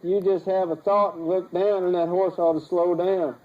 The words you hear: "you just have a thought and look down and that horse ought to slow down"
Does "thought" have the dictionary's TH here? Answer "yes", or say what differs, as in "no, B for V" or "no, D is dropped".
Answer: yes